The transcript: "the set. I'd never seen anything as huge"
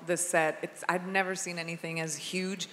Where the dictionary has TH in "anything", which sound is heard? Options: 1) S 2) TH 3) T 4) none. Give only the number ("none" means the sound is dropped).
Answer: 2